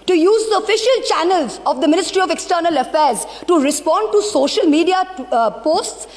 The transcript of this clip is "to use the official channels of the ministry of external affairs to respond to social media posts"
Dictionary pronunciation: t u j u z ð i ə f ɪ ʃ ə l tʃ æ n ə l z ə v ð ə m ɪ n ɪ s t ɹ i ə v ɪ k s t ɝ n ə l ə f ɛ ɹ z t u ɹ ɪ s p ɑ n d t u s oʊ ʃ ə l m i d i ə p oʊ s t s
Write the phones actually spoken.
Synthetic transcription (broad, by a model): t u j u z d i ə f ɪ ʃ ə l tʃ æ n ə l z ə v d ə m ɪ n ɪ s t ɹ i ə v ɪ k s t ɝ n ə l ə f ɛ ɹ z t u ɹ ɪ s p ɑ n d t u s oʊ ʃ ə l m i d i ə p oʊ s t s